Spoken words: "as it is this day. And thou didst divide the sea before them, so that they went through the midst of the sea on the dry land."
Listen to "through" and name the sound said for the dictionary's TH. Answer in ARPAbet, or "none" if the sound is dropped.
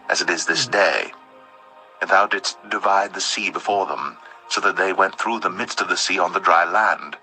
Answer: TH